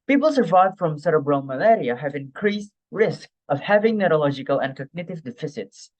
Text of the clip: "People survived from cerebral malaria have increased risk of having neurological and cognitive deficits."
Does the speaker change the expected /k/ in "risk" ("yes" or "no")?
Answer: no